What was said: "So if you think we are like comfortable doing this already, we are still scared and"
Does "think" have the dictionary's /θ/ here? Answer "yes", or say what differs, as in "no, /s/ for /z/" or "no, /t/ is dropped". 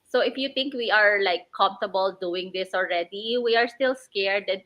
no, /t/ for /θ/